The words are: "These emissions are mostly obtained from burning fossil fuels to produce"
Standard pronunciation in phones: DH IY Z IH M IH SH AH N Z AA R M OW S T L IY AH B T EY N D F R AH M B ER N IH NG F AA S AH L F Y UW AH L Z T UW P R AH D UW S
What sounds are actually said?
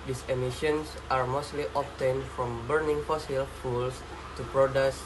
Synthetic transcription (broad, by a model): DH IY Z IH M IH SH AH N S AA R M OW S T L IY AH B T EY N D F R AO M B ER N IH NG F AA S AH L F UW L S T UW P R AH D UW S